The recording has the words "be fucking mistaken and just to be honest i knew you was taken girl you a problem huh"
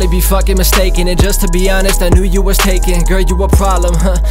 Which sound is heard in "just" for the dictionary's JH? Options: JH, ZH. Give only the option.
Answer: ZH